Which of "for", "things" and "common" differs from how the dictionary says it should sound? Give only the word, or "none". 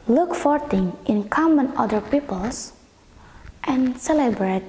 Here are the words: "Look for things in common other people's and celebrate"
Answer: things